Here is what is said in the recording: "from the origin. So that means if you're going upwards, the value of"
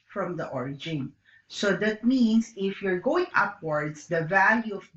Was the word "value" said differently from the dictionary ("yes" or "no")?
no